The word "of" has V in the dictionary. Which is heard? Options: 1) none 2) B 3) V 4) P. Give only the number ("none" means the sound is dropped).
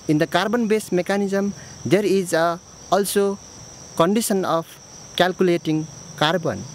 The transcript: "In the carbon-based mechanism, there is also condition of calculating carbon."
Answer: 4